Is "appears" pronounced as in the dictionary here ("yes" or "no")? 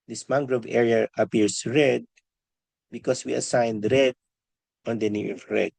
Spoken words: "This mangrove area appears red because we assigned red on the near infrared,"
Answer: no